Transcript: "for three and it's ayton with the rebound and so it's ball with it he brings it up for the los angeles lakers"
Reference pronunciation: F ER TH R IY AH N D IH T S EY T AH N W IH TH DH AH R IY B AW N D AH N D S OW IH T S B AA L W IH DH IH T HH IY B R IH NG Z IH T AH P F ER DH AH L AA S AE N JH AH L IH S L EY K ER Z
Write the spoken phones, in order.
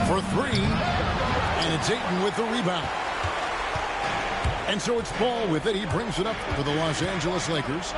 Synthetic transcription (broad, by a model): F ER TH R IY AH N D IH T S EY T N W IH DH AH R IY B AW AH N S OW IH T S B AA L W IH DH IH T HH IY B R IH NG Z IH T AH P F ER DH AH L AA S AE N JH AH L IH S L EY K ER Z